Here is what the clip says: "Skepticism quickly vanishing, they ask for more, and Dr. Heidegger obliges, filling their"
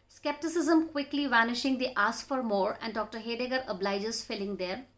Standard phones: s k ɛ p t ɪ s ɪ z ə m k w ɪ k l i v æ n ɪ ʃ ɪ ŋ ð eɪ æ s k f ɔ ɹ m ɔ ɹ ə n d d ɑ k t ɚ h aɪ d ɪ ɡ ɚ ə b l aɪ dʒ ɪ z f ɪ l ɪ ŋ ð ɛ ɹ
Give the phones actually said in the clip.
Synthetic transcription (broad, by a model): s k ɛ p t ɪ s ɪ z ə m k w ɪ k l i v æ n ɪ ʃ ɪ ŋ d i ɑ s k f ɔ ɹ m ɔ ɹ ə n d d ɑ k t ɚ h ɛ d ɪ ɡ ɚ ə b l aɪ dʒ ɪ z f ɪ l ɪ ŋ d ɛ ɹ